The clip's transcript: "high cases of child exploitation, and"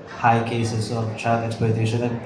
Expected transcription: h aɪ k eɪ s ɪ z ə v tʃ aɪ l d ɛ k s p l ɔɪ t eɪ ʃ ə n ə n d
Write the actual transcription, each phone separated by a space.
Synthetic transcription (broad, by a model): h aɪ k eɪ s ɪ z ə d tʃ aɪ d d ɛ k s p ɔɪ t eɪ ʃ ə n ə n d